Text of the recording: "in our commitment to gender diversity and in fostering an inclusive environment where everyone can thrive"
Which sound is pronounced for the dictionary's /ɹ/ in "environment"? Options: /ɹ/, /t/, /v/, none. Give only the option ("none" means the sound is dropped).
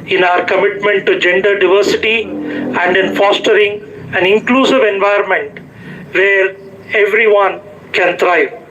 none